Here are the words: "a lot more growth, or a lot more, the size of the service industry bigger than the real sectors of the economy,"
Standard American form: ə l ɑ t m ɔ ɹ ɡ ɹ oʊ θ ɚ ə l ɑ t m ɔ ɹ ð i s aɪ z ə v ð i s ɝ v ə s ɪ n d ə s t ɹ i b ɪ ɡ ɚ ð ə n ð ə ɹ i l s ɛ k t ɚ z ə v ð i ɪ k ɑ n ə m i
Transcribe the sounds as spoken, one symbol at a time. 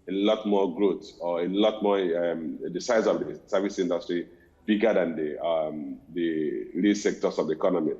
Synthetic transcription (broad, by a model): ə l ɑ t m ɔ ɡ ɹ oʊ s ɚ ə l ɑ t m ɔ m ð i s aɪ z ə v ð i s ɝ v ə s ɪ n d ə s t ɹ i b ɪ ɡ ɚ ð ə n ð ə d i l s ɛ k t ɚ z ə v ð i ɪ k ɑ n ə m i